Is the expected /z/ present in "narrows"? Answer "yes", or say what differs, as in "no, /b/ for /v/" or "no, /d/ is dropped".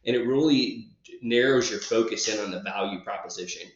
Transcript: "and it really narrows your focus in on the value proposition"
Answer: yes